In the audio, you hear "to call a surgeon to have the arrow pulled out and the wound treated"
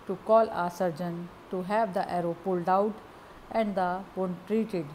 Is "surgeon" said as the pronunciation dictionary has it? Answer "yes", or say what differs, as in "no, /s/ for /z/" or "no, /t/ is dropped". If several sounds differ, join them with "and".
yes